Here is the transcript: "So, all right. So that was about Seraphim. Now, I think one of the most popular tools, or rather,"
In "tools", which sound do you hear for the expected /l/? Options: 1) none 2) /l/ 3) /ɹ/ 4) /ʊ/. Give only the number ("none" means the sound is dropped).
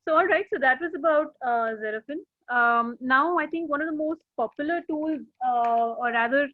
2